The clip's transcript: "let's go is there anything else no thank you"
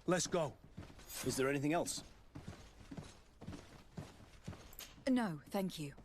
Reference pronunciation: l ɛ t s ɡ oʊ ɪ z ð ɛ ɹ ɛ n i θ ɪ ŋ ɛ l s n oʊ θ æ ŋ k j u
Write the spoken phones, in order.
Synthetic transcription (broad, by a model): l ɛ t s ɡ oʊ ɪ z ð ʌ ɹ ɛ n i θ ɪ ŋ ɛ l s n oʊ θ æ ŋ k j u